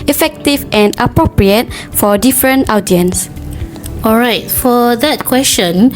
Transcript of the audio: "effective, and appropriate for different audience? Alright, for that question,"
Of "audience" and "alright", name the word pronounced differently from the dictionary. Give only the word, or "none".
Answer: none